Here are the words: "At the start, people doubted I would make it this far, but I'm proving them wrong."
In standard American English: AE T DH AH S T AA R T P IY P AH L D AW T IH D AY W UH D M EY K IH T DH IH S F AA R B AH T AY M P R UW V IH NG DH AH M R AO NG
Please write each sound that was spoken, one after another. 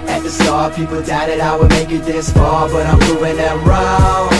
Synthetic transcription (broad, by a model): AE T DH AH S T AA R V P IY P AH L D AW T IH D AY W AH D M EY K IH T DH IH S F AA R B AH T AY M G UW IH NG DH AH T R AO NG